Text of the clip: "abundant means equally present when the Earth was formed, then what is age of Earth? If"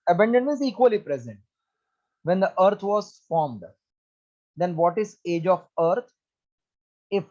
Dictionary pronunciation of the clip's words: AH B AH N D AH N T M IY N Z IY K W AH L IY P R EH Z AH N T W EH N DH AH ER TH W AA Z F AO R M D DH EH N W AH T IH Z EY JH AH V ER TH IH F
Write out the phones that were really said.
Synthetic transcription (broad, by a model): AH B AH N D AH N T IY Z IY K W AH L IY P R EH Z AH N T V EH N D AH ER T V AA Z F AO R M D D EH N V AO T IH Z EY JH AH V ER T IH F